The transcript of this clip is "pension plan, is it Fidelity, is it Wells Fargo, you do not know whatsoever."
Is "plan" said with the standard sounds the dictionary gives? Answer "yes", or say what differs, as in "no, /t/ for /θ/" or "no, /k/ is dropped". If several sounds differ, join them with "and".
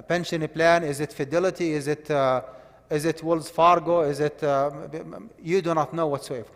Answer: yes